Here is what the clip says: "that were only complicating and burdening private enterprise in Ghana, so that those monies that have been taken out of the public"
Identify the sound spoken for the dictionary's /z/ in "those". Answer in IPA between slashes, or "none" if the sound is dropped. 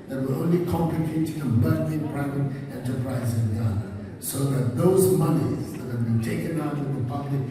/z/